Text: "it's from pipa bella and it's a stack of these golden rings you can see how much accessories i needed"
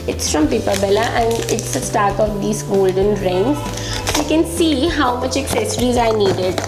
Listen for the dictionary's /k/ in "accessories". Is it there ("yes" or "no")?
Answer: yes